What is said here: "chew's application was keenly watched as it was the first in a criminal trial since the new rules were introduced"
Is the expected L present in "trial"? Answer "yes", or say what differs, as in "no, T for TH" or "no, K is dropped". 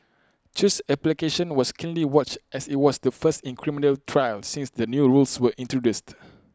yes